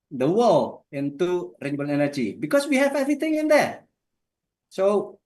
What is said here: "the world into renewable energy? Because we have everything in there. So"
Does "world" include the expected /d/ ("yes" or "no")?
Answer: no